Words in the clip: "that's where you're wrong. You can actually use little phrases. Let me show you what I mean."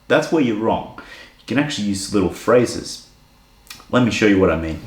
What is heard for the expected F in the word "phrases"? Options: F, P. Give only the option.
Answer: F